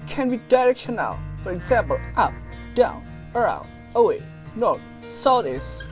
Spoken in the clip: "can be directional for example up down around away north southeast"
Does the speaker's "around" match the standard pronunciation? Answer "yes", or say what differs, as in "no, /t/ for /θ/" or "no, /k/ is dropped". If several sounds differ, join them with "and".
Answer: no, /n/ is dropped